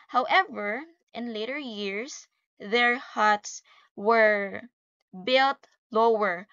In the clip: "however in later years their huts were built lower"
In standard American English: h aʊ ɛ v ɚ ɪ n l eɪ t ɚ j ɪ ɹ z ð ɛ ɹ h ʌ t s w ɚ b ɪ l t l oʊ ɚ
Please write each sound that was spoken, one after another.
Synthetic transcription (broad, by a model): h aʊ ɛ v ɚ ɪ n l eɪ t ɚ j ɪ ɹ s ð ɛ ɹ h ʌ t s w ɚ b ɪ l t l oʊ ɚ